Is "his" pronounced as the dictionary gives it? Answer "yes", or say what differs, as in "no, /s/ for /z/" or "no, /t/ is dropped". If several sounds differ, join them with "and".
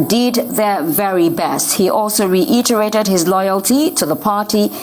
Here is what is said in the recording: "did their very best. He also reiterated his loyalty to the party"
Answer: yes